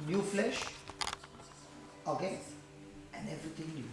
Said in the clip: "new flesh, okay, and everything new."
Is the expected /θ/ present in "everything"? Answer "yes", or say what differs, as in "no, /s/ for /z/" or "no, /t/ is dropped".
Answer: no, /t/ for /θ/